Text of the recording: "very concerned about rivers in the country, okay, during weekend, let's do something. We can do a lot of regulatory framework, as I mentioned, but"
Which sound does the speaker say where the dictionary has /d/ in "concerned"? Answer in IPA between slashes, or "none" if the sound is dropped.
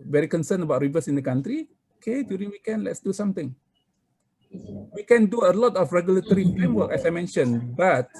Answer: none